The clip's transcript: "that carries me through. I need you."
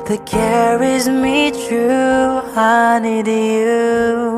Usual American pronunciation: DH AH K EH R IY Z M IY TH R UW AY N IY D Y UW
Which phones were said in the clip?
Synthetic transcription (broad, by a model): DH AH K EH R IY Z M IY T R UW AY N IY D Y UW